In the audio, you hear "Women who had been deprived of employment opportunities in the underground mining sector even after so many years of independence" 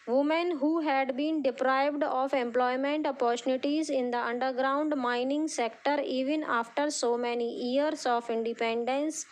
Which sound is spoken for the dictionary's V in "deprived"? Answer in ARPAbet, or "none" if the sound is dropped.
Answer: V